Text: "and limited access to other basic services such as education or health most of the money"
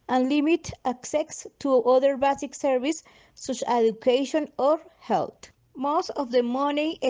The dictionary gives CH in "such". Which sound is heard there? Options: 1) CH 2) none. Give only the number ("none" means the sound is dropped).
2